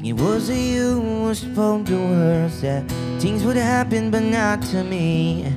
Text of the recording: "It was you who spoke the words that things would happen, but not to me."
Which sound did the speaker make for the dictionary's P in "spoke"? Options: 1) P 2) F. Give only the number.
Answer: 2